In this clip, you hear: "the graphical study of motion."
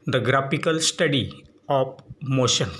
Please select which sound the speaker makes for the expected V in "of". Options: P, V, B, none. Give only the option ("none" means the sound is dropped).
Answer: P